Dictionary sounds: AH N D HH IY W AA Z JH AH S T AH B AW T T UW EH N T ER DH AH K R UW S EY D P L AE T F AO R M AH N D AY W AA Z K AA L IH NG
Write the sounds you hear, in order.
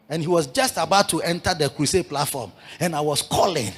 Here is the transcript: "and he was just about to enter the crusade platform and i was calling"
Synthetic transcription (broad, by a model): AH N HH IY W AA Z JH AH S T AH B AW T T UW EH N T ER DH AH K W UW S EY P L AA T F AO M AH N AY W AA S K AA L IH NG